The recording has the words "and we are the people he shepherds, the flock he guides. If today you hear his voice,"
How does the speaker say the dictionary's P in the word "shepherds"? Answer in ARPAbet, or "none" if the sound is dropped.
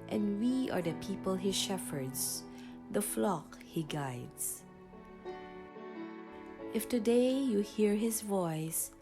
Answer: F